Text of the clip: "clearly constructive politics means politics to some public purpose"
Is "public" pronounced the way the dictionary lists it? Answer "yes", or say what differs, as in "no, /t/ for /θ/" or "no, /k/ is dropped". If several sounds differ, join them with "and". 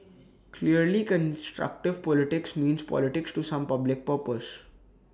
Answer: yes